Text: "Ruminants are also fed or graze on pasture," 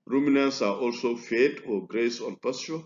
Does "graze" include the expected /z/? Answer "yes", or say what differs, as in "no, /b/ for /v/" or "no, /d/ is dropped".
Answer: no, /s/ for /z/